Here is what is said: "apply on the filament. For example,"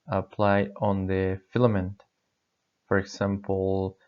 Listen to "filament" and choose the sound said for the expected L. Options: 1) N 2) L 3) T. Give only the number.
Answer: 2